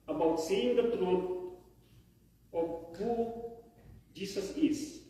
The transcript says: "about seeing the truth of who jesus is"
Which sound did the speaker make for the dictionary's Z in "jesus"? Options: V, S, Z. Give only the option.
S